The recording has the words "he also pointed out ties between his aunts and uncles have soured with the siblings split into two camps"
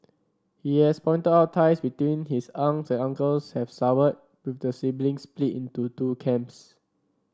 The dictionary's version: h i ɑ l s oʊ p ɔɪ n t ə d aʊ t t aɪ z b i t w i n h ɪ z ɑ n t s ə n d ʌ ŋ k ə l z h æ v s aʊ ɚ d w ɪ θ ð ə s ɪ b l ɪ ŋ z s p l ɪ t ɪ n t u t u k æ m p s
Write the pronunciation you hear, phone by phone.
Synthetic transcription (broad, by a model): h i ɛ s p ɔɪ n t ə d aʊ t t aɪ s b i t w i n h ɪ s ɑ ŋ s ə n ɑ ŋ k ə l s h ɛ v s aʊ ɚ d w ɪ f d ə s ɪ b l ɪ ŋ s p l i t ɪ n t u t u k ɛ m p s